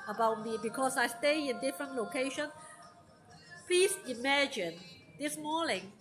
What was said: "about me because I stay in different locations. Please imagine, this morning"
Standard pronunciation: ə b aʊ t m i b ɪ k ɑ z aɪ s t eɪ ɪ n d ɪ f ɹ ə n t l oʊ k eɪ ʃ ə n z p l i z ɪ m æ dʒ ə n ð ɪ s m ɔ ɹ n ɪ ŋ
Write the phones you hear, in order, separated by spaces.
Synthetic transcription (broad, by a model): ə b aʊ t m i b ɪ k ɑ s aɪ s t eɪ ɪ n d ɪ f ɹ ə n t l oʊ k eɪ ʃ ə n p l i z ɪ m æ dʒ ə n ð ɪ s m ɔ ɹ n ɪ ŋ